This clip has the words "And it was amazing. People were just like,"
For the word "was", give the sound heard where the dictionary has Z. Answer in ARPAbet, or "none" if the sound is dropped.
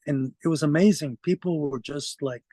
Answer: Z